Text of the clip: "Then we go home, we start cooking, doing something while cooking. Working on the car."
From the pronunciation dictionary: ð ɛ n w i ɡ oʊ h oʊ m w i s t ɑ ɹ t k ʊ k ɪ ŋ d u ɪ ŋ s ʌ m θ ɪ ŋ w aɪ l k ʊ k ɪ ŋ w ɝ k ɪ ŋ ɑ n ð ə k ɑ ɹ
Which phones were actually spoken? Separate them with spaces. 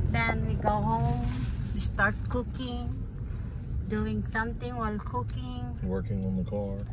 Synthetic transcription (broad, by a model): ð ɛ n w i ɡ oʊ h oʊ m w i s t ɑ ɹ t k ʊ k ɪ ŋ d u ɪ ŋ s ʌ m t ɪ ŋ w aɪ l k ʊ k ɪ ŋ w ɝ k ɪ ŋ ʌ n ð ə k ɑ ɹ